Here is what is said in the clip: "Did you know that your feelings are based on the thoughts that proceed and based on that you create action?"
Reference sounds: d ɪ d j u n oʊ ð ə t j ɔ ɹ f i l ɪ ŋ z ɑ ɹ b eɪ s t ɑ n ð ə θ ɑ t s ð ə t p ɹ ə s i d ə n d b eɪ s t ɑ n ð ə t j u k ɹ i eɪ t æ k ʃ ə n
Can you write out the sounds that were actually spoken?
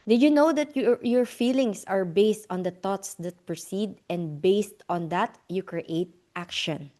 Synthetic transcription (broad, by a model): d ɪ j u n oʊ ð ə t j ɔ ɹ f i l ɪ ŋ s ɑ ɹ b eɪ s t ɑ n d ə t ɑ t s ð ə t p ɹ ə s i d ə n d b eɪ s t ɑ n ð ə t j u k ɹ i eɪ t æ k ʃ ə n